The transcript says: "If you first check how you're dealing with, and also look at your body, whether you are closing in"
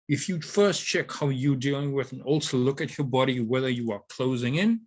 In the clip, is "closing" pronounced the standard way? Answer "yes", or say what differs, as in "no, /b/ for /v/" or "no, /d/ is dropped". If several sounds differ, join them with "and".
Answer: yes